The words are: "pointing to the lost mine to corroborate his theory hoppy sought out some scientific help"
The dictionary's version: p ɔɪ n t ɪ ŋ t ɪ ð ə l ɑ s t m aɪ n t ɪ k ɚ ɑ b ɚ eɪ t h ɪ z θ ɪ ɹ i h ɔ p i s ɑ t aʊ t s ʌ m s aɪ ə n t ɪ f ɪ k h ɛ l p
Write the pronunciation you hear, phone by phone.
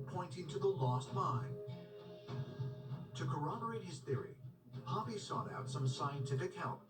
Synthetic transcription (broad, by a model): p ɔɪ n t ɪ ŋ t ɪ ð ə l ɑ s t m aɪ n t ɪ k ɚ ɑ b ɚ eɪ t h ɪ z θ ɪ ɹ i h ɔ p i s ɑ t aʊ t s ʌ m s aɪ ə n t ɪ f ɪ k h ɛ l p